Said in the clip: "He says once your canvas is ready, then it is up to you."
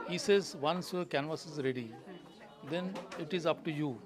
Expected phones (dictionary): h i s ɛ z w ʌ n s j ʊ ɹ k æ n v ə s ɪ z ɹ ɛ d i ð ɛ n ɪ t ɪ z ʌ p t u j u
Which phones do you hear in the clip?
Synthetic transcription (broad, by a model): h i s ɛ z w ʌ n s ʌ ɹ k æ n v ə s ɪ z ɹ ɛ d i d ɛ n ɪ t ɪ z ʌ p t u j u